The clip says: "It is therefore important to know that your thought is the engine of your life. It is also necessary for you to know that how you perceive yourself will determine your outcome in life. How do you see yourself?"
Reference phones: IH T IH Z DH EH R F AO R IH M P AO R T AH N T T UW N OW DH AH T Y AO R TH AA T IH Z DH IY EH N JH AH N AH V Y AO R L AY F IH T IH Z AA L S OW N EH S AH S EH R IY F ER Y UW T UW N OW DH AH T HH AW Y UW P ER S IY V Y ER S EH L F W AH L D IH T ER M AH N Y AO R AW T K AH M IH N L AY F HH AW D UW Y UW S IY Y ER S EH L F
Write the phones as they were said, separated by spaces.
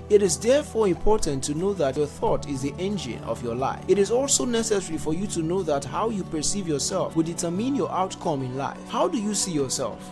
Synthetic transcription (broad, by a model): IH T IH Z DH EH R F AO R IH M P AO R T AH N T T UW N OW DH AH T Y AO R TH AA T IH Z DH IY EH N JH AH N AH V Y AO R L AY F IH T IH Z AA L S OW N EH S AH S EH R IY F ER Y UW T UW N OW DH AH T HH AW Y UW P ER S IY V Y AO S EH L F W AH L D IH T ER M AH N Y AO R AW T K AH M IH N L AY F HH AW D UW Y UW S IY Y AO S EH L F